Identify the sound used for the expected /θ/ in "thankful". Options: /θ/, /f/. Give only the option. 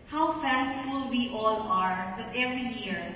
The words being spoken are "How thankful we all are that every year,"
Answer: /f/